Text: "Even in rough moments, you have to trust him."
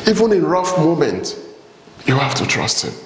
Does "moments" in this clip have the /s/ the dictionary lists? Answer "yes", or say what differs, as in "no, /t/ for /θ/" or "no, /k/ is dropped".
no, /s/ is dropped